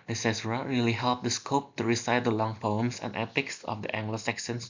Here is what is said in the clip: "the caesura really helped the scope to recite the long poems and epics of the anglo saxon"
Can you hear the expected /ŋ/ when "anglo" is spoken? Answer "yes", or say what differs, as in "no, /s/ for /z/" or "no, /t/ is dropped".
yes